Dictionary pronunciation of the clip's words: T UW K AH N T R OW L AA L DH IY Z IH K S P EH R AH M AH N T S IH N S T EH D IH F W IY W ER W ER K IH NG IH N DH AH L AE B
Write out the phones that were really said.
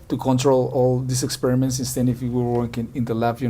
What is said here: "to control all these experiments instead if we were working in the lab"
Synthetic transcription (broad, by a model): T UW K AH N T R OW L AA L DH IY S IH K S P EH R AH M AH N T S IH N S T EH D IH F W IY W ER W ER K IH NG IH N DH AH L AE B